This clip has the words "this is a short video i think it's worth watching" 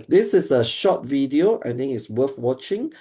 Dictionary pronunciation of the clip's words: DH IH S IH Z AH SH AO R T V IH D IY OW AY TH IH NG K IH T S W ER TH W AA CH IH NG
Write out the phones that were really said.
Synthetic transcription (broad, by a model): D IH S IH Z AH SH AO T V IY D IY OW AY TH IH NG IH T S W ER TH W AA CH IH NG